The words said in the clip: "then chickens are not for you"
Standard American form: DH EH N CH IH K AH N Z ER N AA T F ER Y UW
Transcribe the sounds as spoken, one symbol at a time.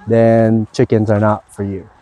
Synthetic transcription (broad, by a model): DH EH N CH IH K AH N Z ER N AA T F ER Y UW